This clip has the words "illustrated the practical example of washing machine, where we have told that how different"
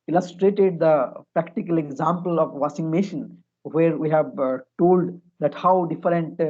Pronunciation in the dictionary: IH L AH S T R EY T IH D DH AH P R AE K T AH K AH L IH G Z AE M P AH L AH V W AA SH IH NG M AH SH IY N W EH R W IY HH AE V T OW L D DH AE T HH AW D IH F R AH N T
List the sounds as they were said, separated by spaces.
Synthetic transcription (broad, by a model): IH L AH S T R EY T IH D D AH P R AE K T AH K AH L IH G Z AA M P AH L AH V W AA S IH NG M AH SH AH N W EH R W IY HH AE V T OW L D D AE T HH AW D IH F R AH N T